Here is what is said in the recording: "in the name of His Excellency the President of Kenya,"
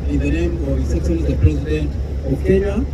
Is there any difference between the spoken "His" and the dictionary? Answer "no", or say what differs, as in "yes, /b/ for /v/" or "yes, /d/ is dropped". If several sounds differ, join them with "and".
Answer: yes, /s/ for /z/